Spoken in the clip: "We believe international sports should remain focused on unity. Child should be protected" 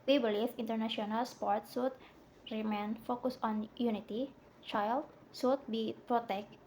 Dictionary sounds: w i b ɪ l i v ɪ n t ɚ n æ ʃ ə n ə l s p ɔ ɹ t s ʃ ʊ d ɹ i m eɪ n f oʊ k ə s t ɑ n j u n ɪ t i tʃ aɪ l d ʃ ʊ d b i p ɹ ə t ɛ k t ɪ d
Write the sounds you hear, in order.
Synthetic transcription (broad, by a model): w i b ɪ l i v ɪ n t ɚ n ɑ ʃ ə n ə l s p ɔ ɹ t s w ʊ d ɹ i m eɪ n f oʊ k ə s ɑ n j u n ɪ t i tʃ aɪ l d s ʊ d b i p ɹ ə t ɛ k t